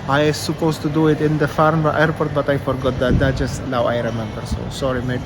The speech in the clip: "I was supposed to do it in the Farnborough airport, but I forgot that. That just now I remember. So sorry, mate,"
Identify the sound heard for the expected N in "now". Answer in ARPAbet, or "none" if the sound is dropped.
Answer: L